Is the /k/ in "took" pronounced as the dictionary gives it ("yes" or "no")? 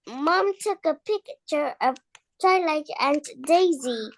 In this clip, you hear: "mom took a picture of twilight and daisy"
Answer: yes